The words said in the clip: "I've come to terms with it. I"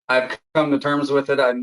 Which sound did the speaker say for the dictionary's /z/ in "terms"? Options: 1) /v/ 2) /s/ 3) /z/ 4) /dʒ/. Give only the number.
3